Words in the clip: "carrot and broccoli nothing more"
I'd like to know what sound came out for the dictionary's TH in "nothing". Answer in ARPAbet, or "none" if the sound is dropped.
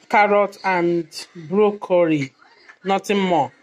T